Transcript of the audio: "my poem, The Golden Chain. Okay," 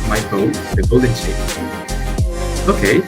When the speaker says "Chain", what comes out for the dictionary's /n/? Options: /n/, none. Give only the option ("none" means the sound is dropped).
none